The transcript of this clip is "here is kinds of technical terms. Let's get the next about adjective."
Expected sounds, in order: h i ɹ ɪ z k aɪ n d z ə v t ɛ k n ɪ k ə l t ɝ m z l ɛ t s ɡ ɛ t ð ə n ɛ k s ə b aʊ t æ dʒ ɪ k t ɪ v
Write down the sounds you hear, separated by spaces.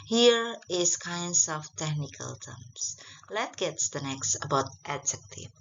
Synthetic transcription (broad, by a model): h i ɹ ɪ s k aɪ n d s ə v t ɛ k n ɪ k ə l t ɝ m s l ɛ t ɡ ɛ t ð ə n ɛ k s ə b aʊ t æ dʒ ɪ k t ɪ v